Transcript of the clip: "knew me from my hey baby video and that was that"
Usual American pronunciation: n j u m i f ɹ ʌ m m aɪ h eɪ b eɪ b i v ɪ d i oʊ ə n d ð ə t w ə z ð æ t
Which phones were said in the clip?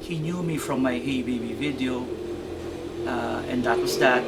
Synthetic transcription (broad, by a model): n j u m i f ɹ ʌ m m aɪ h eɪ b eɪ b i v ɪ d i oʊ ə n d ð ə t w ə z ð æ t